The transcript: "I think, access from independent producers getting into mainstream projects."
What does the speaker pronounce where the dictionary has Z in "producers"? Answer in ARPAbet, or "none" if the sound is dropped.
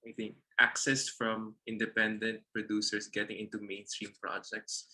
S